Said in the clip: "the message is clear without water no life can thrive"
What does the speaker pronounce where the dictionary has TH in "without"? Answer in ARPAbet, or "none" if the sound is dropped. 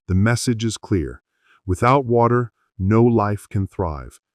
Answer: TH